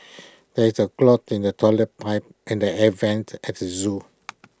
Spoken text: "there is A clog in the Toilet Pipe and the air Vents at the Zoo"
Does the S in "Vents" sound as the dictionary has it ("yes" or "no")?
no